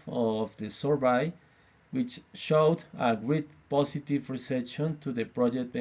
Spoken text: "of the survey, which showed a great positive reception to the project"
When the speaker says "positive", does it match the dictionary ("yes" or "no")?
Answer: no